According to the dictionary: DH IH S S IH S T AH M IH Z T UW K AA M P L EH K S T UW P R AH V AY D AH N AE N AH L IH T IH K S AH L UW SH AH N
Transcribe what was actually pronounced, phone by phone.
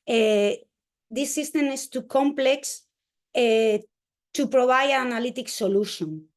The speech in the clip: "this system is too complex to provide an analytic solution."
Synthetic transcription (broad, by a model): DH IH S S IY S T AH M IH S T UW K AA M P L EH K S T UW P R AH B AY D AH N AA N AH L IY T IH K S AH L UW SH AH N